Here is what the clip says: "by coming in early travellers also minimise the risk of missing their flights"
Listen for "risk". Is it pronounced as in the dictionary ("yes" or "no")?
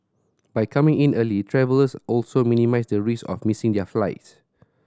no